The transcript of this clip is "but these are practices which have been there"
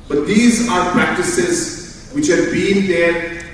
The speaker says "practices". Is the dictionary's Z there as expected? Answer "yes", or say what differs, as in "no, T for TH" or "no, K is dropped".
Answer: yes